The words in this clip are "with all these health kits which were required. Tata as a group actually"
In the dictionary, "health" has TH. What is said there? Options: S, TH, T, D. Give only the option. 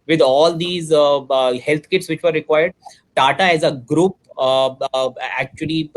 T